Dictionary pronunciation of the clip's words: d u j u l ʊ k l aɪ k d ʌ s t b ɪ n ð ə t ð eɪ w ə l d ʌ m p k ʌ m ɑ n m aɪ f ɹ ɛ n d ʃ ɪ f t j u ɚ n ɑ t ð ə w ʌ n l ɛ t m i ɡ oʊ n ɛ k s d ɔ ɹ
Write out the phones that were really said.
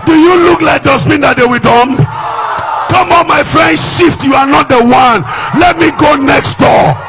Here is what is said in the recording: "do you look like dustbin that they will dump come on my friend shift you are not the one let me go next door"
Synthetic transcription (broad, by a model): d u j u l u k l aɪ k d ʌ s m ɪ n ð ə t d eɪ w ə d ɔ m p k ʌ m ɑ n m aɪ f ɹ ɛ n d ʃ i f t j u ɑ n ɑ t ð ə w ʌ n l ɛ t m i ɡ oʊ n ɛ k s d ɔ